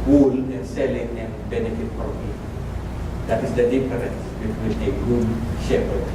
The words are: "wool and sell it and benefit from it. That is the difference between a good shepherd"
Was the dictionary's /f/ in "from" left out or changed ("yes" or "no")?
yes